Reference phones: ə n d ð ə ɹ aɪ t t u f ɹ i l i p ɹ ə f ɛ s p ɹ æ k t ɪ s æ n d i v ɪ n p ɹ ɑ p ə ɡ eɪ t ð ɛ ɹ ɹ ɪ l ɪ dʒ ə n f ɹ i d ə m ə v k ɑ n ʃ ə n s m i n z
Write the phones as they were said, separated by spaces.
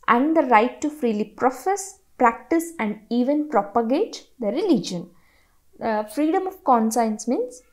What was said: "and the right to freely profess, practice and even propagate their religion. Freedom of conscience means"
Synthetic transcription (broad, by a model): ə n d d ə ɹ aɪ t t u f ɹ i l i p ɹ ə f ɛ s p ɹ æ k t ɪ s æ n d i v ɪ n p ɹ ɑ p ə ɡ eɪ t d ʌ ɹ ɹ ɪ l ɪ dʒ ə n f ɹ i d ə m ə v k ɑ n s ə n s m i n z